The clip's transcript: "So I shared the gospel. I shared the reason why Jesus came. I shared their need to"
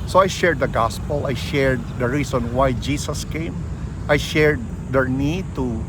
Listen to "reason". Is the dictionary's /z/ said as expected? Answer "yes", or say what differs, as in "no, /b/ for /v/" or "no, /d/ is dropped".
no, /s/ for /z/